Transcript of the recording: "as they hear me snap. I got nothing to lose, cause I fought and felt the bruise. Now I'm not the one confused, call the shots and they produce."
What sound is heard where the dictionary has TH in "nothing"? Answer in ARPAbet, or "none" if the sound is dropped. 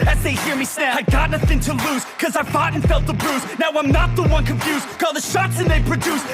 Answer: TH